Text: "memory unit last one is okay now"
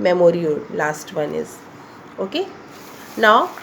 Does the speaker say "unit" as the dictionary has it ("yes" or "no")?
no